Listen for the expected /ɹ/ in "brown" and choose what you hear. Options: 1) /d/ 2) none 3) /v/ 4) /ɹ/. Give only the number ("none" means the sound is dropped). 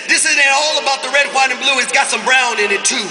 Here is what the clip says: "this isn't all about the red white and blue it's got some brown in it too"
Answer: 4